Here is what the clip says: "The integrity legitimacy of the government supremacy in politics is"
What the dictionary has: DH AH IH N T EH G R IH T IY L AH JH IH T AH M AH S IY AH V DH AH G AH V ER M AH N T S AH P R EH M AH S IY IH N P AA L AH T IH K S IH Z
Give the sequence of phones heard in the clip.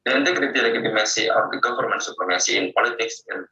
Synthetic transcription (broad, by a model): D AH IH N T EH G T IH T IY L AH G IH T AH M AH S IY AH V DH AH G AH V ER M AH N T S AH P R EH M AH S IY IH N P AA L AH T IH K S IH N